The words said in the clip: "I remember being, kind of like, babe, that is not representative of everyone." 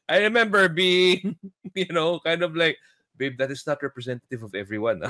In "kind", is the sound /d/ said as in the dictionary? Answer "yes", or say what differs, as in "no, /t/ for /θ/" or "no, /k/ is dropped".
yes